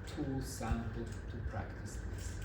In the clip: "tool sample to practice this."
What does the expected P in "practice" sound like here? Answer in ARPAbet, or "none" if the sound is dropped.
P